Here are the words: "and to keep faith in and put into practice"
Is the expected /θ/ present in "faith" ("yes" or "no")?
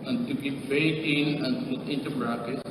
no